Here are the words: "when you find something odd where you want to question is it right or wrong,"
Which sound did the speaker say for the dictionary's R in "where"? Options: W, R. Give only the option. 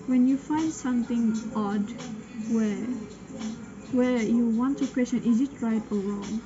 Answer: W